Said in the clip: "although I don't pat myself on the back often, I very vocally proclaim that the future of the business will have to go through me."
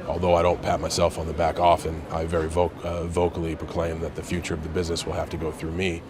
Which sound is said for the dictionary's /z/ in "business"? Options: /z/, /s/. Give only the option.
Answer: /z/